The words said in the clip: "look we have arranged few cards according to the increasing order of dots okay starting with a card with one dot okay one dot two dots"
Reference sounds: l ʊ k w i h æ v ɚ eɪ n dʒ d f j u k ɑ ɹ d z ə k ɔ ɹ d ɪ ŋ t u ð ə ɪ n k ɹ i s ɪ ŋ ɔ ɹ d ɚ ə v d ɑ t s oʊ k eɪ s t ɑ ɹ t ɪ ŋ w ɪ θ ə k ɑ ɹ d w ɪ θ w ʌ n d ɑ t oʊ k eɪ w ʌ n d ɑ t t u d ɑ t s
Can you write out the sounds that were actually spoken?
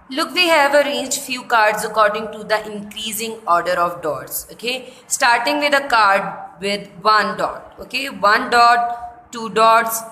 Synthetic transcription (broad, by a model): l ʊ k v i h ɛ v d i dʒ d f j u k ɑ ɹ d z ə k ɔ ɹ d ɪ ŋ t u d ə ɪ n k ɹ i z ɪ ŋ ɔ ɹ d ɚ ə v d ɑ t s oʊ k eɪ s t ɑ ɹ t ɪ ŋ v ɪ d ə k ɑ ɹ d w ɪ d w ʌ n d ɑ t oʊ k eɪ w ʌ n d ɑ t t u d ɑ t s